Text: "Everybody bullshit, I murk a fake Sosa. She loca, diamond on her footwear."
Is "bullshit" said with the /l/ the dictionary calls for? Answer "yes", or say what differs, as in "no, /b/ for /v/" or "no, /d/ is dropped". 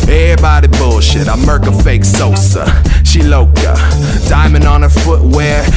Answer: yes